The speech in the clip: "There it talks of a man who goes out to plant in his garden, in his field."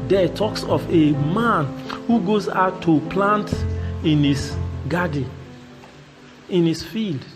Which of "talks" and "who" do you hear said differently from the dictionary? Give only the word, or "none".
none